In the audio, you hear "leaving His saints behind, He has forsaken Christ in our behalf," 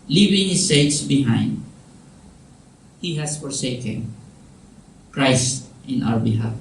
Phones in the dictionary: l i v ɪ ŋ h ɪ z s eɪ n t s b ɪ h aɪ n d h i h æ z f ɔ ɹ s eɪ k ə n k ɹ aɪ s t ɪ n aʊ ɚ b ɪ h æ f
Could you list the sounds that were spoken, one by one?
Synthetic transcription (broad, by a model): l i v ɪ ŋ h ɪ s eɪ t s b ɪ h aɪ n d h i h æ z f ɔ ɹ s eɪ k ə n k ɹ aɪ s t ɪ n aʊ ɚ b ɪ h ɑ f